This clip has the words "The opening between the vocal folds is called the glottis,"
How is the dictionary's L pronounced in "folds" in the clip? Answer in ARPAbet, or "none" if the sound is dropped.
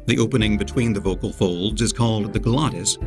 L